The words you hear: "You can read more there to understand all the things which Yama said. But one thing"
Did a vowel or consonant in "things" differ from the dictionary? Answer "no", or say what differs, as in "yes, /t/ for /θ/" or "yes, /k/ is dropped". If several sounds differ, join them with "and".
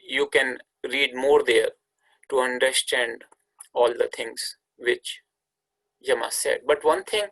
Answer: yes, /t/ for /θ/